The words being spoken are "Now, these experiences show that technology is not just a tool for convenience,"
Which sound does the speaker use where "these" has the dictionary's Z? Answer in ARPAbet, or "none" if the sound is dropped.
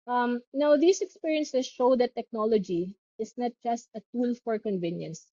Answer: S